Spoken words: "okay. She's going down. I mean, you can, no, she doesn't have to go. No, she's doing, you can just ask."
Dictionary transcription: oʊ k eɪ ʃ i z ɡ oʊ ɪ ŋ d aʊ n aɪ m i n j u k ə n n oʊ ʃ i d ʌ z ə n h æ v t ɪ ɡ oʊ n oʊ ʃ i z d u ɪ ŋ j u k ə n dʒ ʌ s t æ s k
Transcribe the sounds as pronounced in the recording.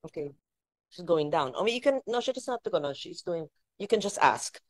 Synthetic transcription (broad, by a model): oʊ k eɪ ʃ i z ɡ oʊ ɪ ŋ d aʊ n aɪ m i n j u k ə n n oʊ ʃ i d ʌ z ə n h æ f t ɪ ɡ oʊ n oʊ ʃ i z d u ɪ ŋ j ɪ k ə n dʒ ʌ s t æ s k